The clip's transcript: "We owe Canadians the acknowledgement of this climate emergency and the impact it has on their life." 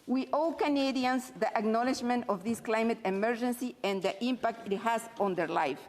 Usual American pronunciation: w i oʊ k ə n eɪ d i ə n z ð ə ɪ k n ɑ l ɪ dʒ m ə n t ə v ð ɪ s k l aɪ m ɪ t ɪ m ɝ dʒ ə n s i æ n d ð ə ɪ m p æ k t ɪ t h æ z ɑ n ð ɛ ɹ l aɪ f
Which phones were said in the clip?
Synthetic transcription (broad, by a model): w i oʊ k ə n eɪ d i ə n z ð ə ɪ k n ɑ l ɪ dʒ m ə n t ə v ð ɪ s k l aɪ m ɪ t ɪ m ɝ dʒ ə n s i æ n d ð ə ɪ m p æ k t ɪ t h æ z ɑ n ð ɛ ɹ l aɪ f